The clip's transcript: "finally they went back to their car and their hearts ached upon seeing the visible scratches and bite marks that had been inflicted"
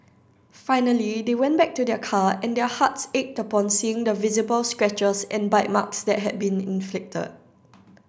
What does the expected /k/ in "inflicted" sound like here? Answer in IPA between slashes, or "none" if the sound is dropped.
/k/